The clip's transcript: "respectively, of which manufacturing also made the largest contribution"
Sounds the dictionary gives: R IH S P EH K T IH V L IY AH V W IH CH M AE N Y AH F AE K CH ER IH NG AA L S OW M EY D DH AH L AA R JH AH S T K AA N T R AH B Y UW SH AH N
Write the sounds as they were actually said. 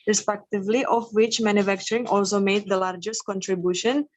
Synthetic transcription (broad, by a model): R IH S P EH K T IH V L IY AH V W IH CH M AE N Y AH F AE K CH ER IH NG AA L S OW M EY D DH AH L AA R JH AH S T K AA N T R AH B Y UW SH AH N